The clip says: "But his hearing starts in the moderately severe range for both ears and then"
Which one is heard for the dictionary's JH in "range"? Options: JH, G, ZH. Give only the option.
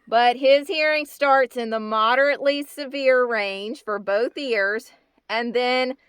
ZH